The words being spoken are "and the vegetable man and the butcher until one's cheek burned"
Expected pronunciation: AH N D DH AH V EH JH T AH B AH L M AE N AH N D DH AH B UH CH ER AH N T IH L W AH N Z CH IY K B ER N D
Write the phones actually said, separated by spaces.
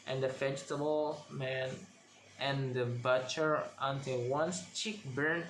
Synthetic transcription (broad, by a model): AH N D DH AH F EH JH T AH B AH L M AE N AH N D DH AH B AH CH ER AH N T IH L W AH N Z CH IY K B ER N